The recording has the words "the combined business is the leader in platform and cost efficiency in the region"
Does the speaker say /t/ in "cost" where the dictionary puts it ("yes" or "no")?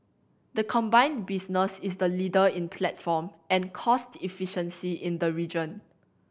yes